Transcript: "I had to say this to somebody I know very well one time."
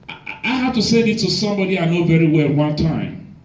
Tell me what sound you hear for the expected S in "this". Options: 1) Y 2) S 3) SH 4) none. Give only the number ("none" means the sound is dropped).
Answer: 4